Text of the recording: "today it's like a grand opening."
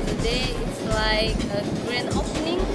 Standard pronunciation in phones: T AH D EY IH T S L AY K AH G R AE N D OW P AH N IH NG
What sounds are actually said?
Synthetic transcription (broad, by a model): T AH D EY IH T S L AY K AH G R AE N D OW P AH N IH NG